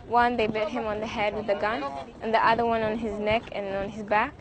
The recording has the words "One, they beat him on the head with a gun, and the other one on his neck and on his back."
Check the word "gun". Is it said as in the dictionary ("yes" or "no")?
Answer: yes